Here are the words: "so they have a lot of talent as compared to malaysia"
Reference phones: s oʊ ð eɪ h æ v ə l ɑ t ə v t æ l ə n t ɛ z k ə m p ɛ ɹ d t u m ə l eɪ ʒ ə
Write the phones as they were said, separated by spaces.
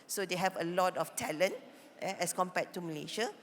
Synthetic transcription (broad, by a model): s oʊ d eɪ h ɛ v ə l ɑ t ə f t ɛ l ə n t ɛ s k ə m p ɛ t u m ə l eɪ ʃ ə